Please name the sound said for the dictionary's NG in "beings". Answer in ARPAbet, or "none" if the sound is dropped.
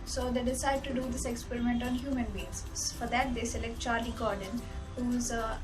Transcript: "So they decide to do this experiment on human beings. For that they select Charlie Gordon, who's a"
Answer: none